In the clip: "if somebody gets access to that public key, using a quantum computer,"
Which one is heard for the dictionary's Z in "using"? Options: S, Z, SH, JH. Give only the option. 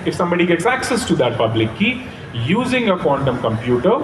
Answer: Z